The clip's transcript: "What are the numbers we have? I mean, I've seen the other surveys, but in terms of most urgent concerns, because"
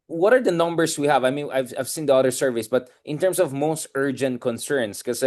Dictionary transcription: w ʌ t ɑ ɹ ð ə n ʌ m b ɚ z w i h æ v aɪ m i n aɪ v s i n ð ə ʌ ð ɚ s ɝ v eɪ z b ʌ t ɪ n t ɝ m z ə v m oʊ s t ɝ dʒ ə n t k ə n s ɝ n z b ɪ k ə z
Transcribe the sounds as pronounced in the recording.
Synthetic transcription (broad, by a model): w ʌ t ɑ ɹ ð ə n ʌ m b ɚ s w i h æ v aɪ m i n aɪ v s i n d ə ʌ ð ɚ s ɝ v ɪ s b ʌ t ɪ n t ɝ m s ə v m oʊ s t ɝ dʒ ə n t k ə n s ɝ n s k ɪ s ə